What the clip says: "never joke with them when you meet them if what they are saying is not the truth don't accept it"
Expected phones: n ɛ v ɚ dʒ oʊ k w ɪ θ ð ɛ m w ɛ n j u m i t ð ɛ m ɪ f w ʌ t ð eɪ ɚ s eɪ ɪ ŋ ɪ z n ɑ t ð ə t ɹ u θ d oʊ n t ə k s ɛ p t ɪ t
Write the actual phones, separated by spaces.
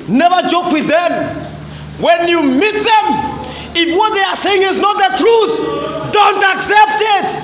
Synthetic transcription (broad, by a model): n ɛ v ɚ dʒ oʊ k w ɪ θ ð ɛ m w ɛ n j u m i t ð ɛ m ɪ f w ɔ t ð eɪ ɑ s eɪ ɪ ŋ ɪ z n ɑ t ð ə t ɹ u θ d oʊ n t ə k s ɛ p t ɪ t